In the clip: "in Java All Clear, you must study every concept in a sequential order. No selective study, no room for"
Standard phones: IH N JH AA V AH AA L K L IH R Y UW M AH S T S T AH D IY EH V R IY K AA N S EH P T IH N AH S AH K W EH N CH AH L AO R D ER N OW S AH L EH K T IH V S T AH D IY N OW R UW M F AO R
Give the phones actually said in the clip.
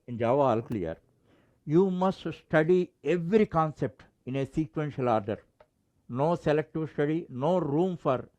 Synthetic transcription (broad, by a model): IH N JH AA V AA L K L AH R Y UW M AH S T S T AH D IY EH V R IY K AA N S EH P T IH N AH S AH K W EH N SH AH L AO R D ER N OW S AH L EH K T IH V S T AH D IY N OW R UW M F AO R